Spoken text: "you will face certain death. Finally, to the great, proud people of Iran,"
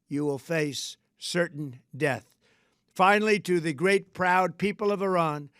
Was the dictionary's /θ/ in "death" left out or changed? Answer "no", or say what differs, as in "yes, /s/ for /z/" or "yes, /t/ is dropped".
no